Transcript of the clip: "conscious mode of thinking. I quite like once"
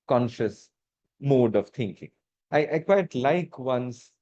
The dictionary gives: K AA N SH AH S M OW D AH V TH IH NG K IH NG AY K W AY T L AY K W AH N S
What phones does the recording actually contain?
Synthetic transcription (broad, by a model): K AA N SH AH S M OW D AH V T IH NG K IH NG AY K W AY T L AY K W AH N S